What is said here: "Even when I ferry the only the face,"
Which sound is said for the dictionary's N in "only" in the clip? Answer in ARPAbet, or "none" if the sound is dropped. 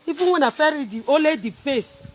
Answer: none